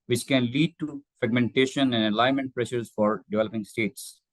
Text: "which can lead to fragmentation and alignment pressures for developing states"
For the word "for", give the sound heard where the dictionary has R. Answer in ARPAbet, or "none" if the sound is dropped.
R